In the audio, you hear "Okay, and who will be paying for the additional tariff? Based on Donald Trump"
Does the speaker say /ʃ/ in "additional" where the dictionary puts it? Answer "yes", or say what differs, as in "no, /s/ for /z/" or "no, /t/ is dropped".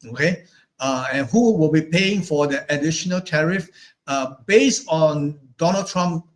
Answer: yes